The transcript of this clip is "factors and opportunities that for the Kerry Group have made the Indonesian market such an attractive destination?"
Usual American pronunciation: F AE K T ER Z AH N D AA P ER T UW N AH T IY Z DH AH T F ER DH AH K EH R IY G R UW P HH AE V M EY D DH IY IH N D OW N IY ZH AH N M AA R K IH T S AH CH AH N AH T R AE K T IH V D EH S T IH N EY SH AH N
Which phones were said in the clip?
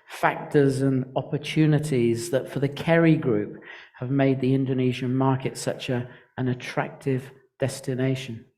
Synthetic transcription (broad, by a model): F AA K T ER Z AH N AA P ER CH UW N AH T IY Z DH AH T F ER DH AH K EH R IY G R UW P HH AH V M EY D DH IY IH N D OW N IY ZH AH N M AA R K IH T S AH CH AH N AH T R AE K T IH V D EH S T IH N EY SH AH N